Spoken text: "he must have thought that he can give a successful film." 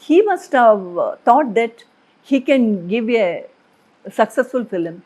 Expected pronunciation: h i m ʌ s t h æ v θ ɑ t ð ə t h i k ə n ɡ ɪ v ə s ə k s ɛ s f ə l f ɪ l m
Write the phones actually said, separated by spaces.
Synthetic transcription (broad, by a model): h i m ʌ s t h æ v t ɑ t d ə t h i k ə n ɡ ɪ v ə s ə k s ɛ s f ə l f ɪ l m